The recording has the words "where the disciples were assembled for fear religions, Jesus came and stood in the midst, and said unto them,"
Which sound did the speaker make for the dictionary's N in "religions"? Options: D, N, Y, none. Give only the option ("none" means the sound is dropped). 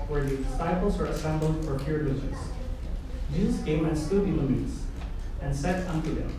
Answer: none